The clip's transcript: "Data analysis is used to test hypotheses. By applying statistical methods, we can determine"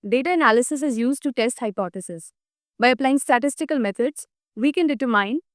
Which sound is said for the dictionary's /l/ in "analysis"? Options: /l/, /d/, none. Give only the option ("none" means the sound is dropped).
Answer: /l/